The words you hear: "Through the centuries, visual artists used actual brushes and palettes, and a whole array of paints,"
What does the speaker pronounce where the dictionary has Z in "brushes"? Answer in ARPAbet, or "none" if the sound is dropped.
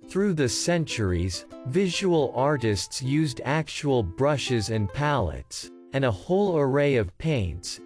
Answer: Z